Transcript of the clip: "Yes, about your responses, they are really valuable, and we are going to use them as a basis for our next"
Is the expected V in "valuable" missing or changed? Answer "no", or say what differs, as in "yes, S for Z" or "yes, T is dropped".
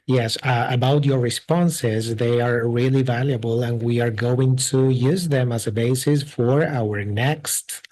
no